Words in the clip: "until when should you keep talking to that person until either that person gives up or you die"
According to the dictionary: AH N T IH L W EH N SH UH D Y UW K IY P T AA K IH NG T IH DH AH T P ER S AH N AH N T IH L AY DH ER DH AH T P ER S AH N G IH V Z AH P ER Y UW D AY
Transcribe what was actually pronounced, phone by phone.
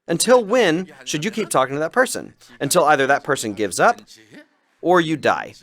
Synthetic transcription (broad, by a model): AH N T IH L W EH N SH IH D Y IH K IY P T AA K IH NG T IH DH AH T P ER S AH N AH N T IH L AY DH ER DH AH T P ER S AH N G IH V Z AH P ER Y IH D AY